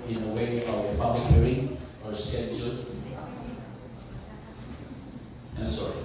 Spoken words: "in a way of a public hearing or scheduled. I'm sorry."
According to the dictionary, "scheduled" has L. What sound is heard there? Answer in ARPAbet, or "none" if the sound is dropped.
none